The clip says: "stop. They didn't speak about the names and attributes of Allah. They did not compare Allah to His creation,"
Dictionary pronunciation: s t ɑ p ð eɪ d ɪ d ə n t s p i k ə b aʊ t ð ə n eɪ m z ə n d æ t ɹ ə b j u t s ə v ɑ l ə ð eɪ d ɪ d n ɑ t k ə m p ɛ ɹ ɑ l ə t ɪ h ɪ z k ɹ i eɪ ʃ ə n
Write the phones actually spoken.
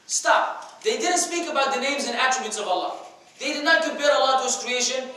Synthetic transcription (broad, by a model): s t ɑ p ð eɪ d ɪ d ə n t s p i k ə b aʊ t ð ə n eɪ m z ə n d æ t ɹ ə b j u t s ə v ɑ l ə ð eɪ d ɪ d n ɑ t k ə m p ɛ ɹ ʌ l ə t ɪ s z k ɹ i eɪ ʃ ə n